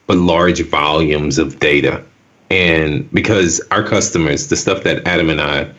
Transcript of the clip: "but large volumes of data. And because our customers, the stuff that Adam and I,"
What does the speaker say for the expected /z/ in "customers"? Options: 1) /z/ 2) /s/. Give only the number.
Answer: 1